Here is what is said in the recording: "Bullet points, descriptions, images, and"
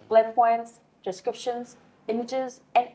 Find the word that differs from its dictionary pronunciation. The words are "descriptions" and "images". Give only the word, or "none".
none